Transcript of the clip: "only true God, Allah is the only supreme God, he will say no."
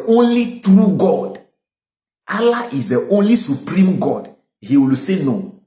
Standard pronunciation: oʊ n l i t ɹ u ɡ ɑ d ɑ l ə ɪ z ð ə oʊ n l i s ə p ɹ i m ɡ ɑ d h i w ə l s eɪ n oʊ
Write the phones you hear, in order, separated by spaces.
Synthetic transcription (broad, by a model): oʊ n l i t ɹ u ɡ ɑ d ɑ l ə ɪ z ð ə oʊ n l i s ə p ɹ i m ɡ ɑ d h i w ə l s eɪ n oʊ